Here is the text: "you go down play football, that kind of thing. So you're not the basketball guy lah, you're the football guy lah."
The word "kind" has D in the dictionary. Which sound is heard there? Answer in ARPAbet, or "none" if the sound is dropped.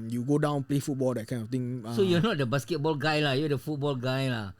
none